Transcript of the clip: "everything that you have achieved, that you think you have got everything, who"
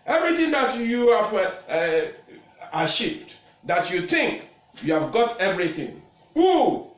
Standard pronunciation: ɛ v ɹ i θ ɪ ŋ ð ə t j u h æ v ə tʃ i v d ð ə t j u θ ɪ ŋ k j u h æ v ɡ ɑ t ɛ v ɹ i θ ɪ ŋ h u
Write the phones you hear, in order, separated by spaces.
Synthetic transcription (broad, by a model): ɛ v ɹ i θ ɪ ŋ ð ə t j u h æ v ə ʃ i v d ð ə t j u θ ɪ ŋ k j u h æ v ɡ ɑ t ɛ v ɹ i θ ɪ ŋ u